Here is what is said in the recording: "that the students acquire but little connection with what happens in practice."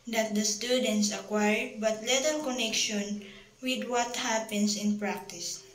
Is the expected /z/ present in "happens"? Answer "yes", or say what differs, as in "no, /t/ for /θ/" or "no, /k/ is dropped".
no, /s/ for /z/